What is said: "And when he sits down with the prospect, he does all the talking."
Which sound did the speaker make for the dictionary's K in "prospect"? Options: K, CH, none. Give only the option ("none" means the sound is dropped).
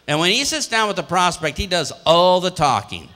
K